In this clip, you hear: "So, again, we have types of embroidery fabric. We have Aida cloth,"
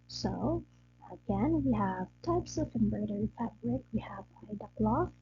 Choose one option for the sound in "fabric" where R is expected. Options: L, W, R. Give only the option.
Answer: R